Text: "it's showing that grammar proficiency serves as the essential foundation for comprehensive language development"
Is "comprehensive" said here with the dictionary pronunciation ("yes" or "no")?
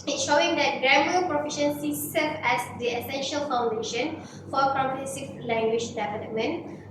no